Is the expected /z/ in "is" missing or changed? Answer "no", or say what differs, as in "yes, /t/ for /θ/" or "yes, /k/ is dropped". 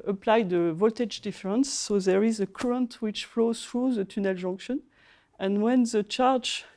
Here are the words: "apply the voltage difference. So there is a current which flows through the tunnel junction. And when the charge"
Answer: no